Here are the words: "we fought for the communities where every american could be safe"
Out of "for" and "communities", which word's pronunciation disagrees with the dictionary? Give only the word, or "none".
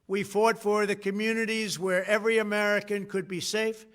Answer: none